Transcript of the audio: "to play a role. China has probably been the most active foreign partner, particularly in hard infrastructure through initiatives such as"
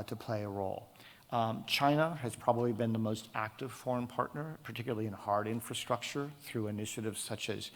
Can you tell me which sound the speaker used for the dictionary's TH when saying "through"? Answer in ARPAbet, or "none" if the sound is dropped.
TH